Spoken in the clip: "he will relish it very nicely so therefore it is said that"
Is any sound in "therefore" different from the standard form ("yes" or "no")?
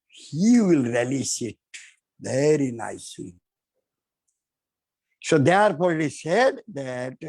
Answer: yes